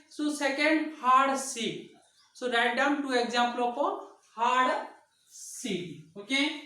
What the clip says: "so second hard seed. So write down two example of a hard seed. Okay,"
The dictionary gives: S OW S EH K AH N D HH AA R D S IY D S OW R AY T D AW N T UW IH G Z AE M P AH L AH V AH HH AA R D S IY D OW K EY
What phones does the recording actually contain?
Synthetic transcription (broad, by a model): S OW S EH K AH N D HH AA R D S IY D S OW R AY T D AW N T UW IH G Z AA M P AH L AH P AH HH AA R D S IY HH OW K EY